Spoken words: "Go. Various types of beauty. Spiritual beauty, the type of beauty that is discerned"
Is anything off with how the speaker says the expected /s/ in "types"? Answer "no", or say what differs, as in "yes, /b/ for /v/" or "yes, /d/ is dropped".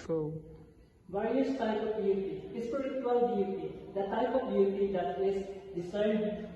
yes, /s/ is dropped